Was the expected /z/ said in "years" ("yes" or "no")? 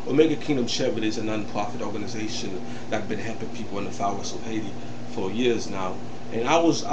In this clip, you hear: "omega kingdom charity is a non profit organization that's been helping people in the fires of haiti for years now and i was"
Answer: yes